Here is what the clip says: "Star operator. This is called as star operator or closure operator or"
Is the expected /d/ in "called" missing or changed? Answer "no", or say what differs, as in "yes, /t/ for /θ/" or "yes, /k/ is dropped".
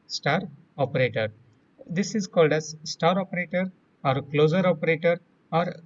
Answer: no